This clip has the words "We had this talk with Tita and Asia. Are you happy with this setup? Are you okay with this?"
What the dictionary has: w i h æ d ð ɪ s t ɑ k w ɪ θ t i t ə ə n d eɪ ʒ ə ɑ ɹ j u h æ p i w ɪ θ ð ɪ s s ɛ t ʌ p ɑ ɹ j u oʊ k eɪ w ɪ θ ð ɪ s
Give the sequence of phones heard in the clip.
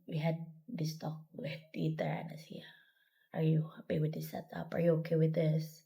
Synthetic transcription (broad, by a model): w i h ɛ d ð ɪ s t ɑ k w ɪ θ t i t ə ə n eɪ s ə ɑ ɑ j u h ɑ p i w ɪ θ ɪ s s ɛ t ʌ p ɑ ɹ j u oʊ k eɪ w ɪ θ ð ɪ s